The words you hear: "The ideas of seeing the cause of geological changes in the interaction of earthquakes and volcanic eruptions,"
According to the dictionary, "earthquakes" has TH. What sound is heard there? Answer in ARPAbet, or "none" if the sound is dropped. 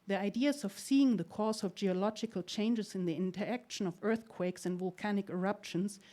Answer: TH